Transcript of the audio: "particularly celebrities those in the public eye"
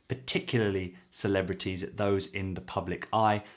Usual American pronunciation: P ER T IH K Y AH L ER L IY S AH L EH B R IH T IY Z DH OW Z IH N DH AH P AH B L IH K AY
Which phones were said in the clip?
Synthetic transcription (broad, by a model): P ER T IH K Y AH L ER L IY S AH L EH B R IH T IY Z DH OW Z IH N DH AH P AH B L IH K AY